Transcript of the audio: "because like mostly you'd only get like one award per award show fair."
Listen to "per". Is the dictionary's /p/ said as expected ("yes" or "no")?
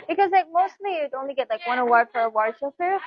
no